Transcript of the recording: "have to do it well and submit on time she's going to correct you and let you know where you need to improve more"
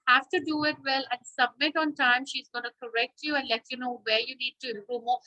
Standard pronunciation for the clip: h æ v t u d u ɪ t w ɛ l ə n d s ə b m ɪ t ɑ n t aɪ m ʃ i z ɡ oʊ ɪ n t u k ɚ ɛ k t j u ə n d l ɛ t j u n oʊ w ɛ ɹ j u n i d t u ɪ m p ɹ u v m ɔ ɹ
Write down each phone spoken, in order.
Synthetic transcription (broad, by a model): h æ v t u d u ɪ t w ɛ l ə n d s ə b m ɪ t ɑ n t aɪ m ʃ i z ɡ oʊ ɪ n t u k ɚ ɛ k t j u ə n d l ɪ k j u n oʊ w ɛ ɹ j u n i d t u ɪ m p ɹ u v m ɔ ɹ